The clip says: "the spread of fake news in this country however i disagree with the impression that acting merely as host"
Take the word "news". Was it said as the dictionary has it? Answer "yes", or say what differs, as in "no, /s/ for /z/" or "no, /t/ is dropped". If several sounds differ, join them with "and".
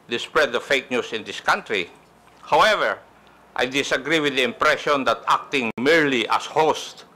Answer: no, /s/ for /z/